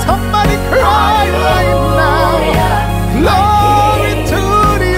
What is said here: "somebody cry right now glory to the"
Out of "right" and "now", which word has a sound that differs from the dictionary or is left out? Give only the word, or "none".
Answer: right